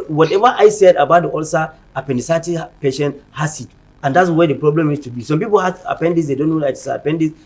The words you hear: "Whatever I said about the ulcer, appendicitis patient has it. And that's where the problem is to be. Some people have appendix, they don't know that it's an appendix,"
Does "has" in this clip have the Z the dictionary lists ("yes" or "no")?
no